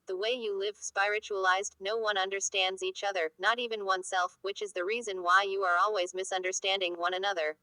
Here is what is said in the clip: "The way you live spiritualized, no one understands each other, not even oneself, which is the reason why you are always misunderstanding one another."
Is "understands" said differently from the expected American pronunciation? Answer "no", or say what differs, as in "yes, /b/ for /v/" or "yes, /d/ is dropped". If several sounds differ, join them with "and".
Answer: no